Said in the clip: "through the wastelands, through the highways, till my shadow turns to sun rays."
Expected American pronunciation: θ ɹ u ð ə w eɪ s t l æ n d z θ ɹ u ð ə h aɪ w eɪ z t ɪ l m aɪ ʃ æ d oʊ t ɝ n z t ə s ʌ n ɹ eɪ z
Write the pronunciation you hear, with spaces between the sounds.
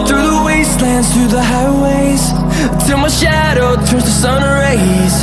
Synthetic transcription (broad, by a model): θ ɹ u ð ə w eɪ s t l æ n d z θ ɹ u ð ə h aɪ w eɪ z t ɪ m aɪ ʃ æ d oʊ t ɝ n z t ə s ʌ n ɹ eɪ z